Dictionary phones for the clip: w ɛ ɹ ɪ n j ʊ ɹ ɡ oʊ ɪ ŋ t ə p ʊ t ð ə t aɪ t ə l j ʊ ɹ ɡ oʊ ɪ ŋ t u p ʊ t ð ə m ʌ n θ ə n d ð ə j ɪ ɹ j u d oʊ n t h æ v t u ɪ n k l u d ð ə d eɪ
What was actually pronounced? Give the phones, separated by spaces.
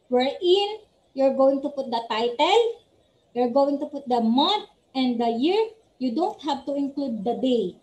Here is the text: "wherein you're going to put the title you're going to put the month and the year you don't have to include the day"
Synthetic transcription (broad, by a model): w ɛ ɹ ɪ n j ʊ ɹ ɡ oʊ ɪ ŋ t ə p ʊ t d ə t aɪ t ə l j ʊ ɹ ɡ oʊ ɪ ŋ t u p ʊ t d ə m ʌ n t ə n d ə j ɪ ɹ j u d oʊ n t h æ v t u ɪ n k l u d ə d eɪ